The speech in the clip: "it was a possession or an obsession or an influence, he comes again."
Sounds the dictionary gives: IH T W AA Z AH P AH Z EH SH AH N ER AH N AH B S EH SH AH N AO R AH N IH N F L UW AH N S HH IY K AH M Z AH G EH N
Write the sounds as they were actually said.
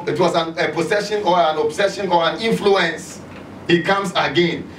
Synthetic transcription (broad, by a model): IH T W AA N AH P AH S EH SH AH N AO AH N AH B S EH SH AH N AO R AH N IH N F L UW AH N S HH IY K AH M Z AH G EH N